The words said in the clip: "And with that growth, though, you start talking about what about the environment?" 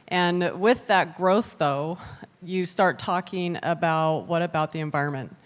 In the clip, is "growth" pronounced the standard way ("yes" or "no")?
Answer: yes